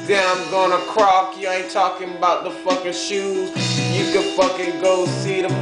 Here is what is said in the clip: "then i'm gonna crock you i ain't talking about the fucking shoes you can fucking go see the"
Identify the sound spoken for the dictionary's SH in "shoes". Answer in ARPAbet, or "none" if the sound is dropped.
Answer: SH